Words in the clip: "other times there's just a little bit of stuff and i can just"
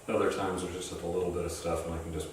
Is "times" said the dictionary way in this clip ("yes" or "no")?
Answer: yes